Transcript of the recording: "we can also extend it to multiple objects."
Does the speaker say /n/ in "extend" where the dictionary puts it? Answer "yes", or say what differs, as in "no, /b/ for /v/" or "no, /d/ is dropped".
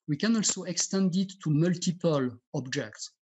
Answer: yes